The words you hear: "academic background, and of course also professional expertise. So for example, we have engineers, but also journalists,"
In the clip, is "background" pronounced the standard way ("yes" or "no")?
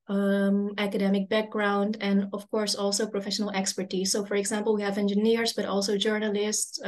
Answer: yes